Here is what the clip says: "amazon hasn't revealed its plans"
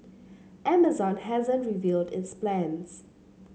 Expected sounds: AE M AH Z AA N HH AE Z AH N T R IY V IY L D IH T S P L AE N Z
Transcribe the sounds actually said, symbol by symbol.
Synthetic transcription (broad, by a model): AE M AH Z AA N HH AE Z AH N T R IY V IY L D IH T S P L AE N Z